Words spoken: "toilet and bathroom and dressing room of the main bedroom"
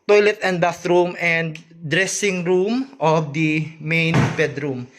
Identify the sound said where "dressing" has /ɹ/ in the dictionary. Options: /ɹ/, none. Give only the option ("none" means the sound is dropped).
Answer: /ɹ/